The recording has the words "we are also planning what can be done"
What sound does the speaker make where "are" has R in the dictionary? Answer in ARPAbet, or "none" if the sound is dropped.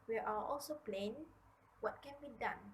L